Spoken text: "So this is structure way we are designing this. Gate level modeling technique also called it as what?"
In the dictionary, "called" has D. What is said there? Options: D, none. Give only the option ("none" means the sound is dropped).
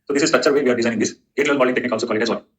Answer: none